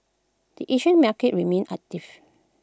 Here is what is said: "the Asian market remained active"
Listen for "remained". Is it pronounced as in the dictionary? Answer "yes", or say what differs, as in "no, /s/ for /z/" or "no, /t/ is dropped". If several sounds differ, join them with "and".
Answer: no, /d/ is dropped